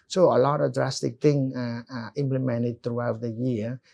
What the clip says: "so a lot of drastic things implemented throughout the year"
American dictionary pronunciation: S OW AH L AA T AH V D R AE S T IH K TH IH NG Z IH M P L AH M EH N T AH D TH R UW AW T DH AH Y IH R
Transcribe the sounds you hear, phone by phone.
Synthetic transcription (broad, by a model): S OW AH L AA T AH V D R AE S T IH K T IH NG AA IH M P L AH M EH N T AH D T R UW AW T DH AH Y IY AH